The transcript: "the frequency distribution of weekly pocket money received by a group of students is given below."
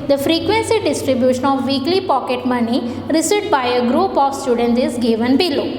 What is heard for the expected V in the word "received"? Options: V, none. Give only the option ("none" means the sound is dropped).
none